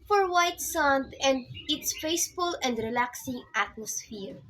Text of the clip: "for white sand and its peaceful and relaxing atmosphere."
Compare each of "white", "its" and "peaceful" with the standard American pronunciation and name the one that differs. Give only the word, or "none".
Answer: peaceful